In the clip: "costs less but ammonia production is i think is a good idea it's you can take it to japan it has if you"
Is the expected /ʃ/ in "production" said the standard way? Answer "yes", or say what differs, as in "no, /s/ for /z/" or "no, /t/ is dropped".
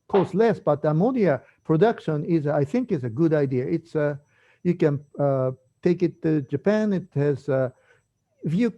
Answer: yes